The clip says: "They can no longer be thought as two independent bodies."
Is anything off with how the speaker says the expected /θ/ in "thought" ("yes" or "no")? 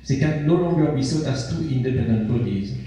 yes